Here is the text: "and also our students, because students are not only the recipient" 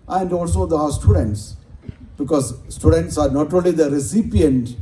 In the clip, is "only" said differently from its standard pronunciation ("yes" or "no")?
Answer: no